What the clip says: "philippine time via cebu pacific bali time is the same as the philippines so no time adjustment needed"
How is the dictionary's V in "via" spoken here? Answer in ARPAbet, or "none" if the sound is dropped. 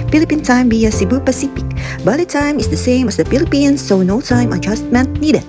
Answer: B